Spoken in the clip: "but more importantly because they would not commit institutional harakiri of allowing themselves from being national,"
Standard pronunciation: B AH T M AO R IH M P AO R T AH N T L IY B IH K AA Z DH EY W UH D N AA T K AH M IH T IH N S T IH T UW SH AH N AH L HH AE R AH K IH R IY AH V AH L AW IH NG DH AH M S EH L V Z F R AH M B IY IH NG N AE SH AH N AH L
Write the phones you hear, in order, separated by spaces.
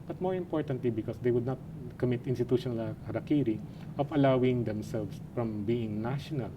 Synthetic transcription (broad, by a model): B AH T M AO R IH M P AO R T AH N T L IY B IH K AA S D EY W UH D N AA T K AH M IH T IH N S T IH T UW SH AH N AH L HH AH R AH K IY R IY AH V AH L AW IH NG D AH M S EH L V S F R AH M B IY IH NG N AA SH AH N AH L